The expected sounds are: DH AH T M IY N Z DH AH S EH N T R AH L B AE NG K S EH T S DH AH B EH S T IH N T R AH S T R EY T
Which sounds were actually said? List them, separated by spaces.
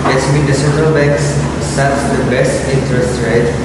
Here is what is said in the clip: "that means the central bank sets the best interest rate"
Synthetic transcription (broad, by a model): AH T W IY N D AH S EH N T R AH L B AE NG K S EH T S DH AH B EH S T IH N T R AH S T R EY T